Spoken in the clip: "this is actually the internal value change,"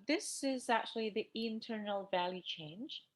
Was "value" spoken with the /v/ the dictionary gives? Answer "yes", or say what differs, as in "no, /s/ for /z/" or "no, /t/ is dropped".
yes